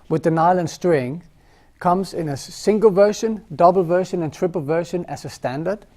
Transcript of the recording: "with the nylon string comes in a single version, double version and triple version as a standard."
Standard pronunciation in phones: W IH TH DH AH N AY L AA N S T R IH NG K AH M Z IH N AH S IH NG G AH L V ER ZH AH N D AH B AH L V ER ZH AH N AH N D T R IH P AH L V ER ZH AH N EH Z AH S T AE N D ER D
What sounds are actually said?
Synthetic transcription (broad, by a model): W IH DH AH N AY L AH N S T R IH NG K AH M Z IH N AH S IH NG G AH L V ER SH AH N D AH B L V ER SH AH N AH N T R IH P AH L V ER SH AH N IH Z AH S T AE N D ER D